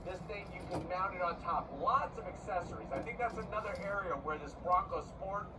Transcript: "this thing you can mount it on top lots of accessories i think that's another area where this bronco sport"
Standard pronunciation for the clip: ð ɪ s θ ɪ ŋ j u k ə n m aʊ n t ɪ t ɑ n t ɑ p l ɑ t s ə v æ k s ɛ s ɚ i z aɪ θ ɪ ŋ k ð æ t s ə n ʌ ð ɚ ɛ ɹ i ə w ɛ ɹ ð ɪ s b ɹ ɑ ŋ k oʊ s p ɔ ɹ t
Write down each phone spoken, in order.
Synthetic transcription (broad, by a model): ð ɪ s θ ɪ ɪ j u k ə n m aʊ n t ɪ t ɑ n t ɑ p l ɑ t s ə v æ k s ɛ s ɚ i z aɪ θ ɪ ŋ k ð æ t s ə n ʌ ð ɚ ɛ ɹ i ə w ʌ ɹ ð ɪ s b ɹ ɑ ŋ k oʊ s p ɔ ɹ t